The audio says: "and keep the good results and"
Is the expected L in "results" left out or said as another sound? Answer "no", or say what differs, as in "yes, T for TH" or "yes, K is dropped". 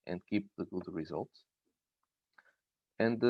no